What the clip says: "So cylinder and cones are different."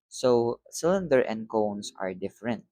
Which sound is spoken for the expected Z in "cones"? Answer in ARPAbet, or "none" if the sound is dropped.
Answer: S